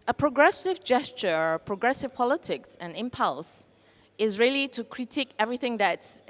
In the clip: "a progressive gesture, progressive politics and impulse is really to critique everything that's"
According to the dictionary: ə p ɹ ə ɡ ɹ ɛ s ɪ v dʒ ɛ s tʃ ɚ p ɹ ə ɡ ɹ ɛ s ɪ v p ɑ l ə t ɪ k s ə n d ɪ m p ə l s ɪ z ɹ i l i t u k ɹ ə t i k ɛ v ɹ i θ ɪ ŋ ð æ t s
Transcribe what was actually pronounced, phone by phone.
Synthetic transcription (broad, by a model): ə p ɹ ə ɡ ɹ ɛ s ɪ v dʒ ɛ s tʃ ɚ p ɹ ə ɡ ɹ ɛ s ɪ v p ɑ l ə t ɪ k s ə n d ɪ m p ə l s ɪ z ɹ i l i t u k ɹ ə t i k ɛ v ɹ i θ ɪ ŋ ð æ t s